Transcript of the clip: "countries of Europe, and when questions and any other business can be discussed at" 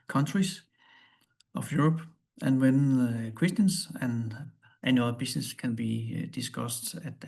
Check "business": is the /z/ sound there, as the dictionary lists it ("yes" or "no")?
no